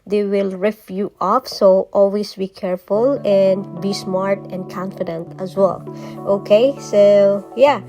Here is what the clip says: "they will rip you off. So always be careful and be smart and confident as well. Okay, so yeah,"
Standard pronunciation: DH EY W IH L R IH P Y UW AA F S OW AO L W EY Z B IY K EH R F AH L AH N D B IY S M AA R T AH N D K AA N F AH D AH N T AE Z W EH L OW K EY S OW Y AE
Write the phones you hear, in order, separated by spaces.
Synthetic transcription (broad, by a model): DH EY W IH L R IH F Y UW AA F S OW AO L W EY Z B IY K EH R F AH L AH N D B IY S M AA R T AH N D K AA N F AH D AH N T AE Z W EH L OW K EY S OW Y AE